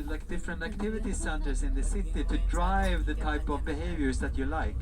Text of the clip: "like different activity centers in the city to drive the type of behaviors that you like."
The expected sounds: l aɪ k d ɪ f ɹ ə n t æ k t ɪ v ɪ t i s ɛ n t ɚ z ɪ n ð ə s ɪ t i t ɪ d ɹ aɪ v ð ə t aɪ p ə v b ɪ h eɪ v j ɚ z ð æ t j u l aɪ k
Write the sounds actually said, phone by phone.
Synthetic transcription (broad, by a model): l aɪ k d ɪ f ɹ ə n t æ k t ɪ v ɪ t i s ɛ n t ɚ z ɪ n ð ə s ɪ t i t ɪ d ɹ aɪ v ð ə t aɪ p ə v b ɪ h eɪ v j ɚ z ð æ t j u l aɪ k